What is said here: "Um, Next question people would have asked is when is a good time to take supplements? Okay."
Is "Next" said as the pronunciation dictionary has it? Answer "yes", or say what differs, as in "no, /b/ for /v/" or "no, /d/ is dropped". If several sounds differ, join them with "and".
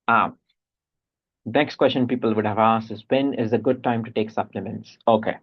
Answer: yes